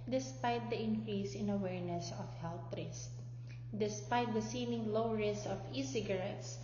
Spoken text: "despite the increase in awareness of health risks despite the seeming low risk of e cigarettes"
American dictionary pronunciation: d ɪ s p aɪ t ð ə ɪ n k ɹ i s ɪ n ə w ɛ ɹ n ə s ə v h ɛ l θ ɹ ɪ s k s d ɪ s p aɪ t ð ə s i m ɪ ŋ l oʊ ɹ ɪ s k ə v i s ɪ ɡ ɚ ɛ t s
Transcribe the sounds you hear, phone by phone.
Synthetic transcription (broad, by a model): d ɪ s p aɪ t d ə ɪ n k ɹ i s ɪ n ə w ɛ ɹ n ə s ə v h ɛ l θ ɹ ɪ s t d ɪ s p aɪ t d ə s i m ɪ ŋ l oʊ ɹ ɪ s ə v i s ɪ ɡ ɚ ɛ t s